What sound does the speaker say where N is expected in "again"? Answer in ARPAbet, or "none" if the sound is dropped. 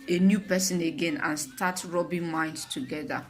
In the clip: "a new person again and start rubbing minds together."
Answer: N